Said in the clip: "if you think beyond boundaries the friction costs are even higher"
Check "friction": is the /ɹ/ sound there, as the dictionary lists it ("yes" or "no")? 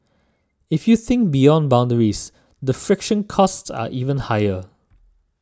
yes